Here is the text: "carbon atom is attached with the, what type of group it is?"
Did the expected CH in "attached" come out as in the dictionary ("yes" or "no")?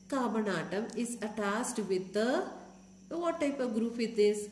no